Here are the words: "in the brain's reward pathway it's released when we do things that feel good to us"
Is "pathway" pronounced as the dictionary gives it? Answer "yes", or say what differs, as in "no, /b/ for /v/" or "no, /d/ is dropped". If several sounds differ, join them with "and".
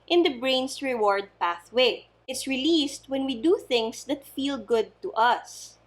yes